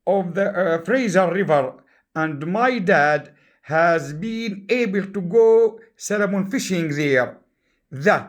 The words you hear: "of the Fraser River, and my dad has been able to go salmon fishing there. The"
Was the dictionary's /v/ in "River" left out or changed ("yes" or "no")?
no